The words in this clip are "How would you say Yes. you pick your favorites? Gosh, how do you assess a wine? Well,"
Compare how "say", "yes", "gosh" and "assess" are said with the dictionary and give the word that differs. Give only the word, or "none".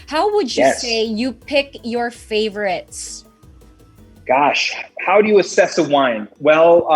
yes